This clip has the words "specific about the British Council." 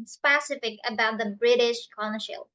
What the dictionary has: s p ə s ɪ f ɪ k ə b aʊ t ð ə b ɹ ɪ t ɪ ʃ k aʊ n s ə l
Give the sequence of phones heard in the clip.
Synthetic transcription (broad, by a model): s p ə s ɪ f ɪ k ə b aʊ t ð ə b ɹ ɪ t ɪ ʃ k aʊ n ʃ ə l